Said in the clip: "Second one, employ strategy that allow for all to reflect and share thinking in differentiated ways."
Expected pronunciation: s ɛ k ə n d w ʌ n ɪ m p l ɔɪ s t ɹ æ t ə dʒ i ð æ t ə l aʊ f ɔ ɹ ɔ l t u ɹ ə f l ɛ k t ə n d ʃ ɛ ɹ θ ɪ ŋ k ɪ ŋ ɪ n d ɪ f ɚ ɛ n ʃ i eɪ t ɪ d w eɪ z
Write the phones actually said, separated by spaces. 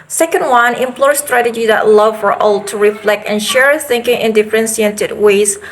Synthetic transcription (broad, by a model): s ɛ k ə n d w ʌ n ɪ m p l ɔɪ s t ɹ æ t ə dʒ i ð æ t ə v f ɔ ɹ ɔ l t u ɹ ə f l ɛ k t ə n ʃ ɛ ɹ θ ɪ ŋ k ɪ ŋ ɪ n d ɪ f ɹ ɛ n s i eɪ t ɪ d w eɪ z